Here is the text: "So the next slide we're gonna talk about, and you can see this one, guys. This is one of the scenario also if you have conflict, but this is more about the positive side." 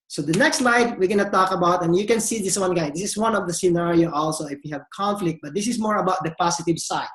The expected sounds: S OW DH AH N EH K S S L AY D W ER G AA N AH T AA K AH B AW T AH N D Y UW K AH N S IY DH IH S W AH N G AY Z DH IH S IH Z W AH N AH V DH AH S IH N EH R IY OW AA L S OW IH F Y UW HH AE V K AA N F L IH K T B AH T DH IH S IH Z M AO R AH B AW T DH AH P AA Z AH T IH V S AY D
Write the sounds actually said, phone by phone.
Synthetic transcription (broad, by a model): S OW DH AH N EH K S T L AY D W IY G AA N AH T AA K AH B AW T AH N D Y UW K AH N S IY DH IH S W AH N G AY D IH S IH S W AH N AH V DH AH S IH N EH R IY OW AA L S OW IH F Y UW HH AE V K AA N F L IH K T B AH T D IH S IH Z M AO R AH B AW T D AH P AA S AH T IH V S AY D